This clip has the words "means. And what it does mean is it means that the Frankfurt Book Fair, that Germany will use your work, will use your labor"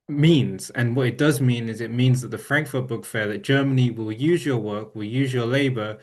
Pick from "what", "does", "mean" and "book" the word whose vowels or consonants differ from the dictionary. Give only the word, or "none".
none